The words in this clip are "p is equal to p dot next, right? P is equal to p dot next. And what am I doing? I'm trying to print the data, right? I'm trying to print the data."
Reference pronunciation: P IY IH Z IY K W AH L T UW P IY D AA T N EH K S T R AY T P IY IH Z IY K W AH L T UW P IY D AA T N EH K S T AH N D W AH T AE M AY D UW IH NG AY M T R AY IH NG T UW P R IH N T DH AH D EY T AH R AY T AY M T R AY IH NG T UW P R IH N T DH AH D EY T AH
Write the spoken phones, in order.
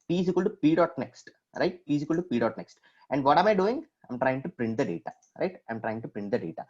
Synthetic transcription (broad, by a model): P IY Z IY K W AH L T UW P IY D AA T N EH K S T R AY T P IY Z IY K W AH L T UW P IY D AA T N EH K S T AH N D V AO T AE M AY D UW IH NG AY M T R AY IH NG T UW P R IH N T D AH D EY T AH R AY T AY M T R AY IH NG T UW P R IH N T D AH D EY T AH